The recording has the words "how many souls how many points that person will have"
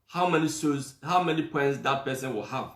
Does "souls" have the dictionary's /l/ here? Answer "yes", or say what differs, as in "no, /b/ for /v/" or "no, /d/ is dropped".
no, /l/ is dropped